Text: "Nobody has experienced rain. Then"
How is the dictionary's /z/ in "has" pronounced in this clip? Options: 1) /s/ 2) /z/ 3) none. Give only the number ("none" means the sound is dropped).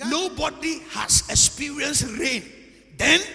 1